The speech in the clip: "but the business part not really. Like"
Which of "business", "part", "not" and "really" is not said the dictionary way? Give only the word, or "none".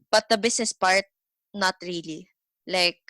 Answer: business